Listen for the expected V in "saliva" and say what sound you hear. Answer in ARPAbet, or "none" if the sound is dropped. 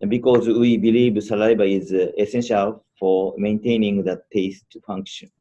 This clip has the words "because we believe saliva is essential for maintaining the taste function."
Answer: B